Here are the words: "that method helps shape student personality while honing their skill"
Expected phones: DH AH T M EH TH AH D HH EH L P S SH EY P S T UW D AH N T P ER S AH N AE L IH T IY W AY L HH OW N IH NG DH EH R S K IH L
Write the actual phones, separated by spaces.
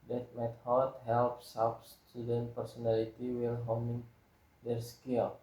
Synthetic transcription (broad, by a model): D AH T M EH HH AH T HH EH L P S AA F S T UW D AH N T P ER S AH N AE L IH T IY W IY L HH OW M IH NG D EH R S K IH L